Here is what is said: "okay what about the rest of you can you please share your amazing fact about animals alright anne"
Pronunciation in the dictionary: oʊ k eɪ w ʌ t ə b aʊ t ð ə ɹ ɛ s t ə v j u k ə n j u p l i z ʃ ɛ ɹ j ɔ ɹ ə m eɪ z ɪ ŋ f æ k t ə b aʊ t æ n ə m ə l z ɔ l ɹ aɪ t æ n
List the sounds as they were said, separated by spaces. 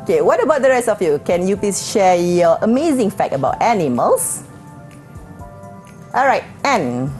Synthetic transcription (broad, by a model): k eɪ w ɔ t ə b aʊ t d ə ɹ ɛ s t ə f j u k ə n j u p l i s ʃ ɛ j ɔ ə m eɪ z ɪ ŋ f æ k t ə b aʊ t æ n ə m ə l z ɔ l ɹ aɪ t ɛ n